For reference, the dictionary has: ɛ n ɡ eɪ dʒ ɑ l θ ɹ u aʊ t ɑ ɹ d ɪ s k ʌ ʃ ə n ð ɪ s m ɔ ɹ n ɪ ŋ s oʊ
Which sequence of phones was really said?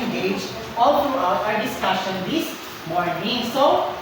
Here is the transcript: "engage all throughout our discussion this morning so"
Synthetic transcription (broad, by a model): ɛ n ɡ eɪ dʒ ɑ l t ɹ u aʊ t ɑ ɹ d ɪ s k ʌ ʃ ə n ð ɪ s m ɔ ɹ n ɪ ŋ s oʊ